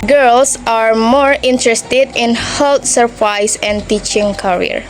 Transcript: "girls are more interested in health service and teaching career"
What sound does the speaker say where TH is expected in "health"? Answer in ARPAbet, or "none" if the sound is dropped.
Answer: T